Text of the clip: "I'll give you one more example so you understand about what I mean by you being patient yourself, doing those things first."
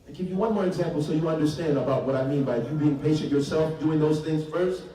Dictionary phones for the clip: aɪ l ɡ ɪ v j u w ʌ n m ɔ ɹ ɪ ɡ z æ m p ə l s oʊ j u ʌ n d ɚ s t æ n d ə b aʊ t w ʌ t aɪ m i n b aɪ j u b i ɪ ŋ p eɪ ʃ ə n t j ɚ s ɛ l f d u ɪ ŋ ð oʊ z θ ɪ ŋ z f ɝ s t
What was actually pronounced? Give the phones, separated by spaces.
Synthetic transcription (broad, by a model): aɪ ɡ ɪ v j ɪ w ʌ n m ɔ ɹ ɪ ɡ z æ m p l s oʊ j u ʌ n d ɚ s t æ n d ə b aʊ t w ʌ t aɪ m i n b aɪ j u b i ɪ ŋ p eɪ ʃ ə n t j ɚ s ɛ l f d u ɪ ŋ ð oʊ z θ ɪ ŋ z f ɝ s t